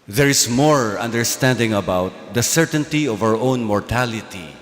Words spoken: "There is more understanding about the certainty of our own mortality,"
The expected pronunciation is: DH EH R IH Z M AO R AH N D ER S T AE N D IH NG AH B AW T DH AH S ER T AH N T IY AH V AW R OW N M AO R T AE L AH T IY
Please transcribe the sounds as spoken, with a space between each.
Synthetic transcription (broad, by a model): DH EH R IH S M AO R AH N D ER S T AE N D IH NG AH B AW T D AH S ER T AH N T IY AH V AW R OW N M AO R T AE L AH T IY